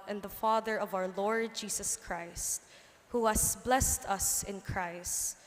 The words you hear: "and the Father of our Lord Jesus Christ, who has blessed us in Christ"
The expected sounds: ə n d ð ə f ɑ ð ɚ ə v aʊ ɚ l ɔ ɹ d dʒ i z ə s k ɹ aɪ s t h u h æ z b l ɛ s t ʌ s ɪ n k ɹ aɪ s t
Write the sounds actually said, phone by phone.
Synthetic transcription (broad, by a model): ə n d ð ə f ɑ ð ɚ ə v aʊ ɚ l ɔ ɹ d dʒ i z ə s k ɹ aɪ s t h u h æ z b l ɛ s t ʌ s ɪ n k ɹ aɪ s t